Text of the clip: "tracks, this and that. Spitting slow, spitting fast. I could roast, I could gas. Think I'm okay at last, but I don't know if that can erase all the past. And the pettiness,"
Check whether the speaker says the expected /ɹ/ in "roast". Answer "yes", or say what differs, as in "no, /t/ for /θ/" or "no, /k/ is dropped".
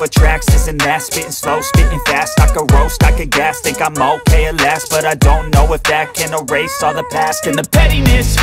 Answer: yes